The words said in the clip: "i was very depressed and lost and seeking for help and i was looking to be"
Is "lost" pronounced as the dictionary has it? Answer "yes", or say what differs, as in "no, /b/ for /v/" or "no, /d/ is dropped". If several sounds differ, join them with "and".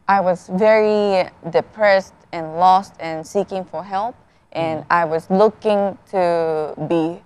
yes